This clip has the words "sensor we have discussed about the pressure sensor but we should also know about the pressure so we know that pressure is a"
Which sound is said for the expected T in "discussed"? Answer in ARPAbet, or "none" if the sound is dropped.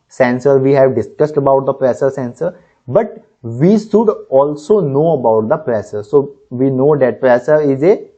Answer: T